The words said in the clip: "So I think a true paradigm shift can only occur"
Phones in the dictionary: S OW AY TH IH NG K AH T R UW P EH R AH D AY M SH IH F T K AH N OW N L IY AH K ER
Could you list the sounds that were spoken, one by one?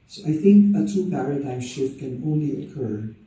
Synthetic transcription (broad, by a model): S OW AY TH IH NG K AH T UW P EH R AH D AY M SH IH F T K AH N OW N L IY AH K ER